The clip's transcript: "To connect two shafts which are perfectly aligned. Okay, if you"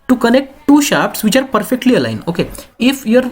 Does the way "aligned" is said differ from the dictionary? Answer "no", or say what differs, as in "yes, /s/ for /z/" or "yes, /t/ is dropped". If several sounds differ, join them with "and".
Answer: yes, /d/ is dropped